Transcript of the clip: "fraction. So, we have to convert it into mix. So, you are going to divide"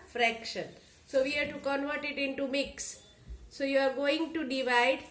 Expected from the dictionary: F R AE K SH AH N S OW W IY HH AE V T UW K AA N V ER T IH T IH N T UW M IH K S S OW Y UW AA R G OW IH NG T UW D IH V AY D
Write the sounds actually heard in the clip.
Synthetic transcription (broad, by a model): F R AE K SH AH N S OW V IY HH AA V T UW K AA N V ER T IH T IH N T UW M IH K S S OW Y UW AA R G OW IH NG T UW D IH V AY D